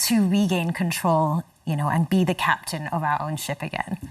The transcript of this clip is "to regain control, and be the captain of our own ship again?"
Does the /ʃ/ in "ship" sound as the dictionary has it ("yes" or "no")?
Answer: yes